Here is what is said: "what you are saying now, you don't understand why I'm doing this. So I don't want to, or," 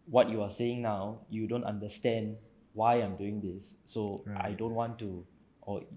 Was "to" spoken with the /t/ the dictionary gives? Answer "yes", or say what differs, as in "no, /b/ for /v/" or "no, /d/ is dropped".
yes